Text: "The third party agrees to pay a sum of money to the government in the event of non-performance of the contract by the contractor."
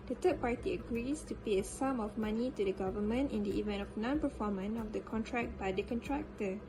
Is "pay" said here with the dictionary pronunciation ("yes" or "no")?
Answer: yes